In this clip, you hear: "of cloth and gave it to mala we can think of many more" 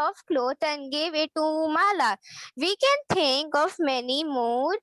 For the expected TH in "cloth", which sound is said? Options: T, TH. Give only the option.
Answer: T